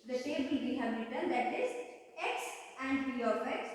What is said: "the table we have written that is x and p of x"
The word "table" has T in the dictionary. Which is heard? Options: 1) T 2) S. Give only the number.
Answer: 2